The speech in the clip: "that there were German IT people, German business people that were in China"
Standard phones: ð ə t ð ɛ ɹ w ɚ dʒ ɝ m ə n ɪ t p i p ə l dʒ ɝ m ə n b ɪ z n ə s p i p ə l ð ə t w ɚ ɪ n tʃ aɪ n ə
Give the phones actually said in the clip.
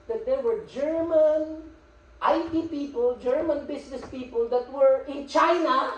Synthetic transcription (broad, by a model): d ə t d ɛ ɹ w ɚ dʒ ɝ m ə n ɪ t p i p ə l dʒ ɝ m ə n b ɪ s n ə s p i p ə l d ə t w ɚ ɪ n tʃ aɪ n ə